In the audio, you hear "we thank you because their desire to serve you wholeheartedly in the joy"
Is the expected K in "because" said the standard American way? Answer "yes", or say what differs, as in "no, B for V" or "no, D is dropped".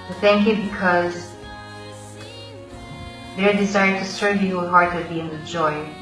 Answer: yes